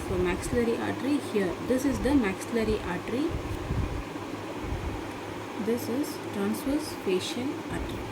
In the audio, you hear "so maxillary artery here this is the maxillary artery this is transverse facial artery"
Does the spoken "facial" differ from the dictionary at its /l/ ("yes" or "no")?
yes